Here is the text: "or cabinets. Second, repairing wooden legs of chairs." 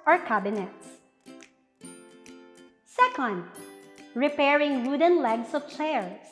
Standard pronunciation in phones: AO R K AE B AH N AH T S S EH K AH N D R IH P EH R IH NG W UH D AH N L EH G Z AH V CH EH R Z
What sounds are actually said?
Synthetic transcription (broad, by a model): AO R K AE B AH N AH T S S EH K AH N D R IH P EH R IH NG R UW D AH N L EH G S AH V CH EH R